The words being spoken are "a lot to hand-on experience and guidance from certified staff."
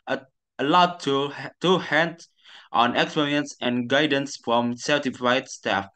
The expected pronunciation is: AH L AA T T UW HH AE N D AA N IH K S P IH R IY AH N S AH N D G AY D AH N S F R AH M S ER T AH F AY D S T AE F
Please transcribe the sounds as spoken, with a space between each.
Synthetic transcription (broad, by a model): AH L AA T T UW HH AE N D AA N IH K S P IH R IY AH N S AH N G AY D AH N S F R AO M S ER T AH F AY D S T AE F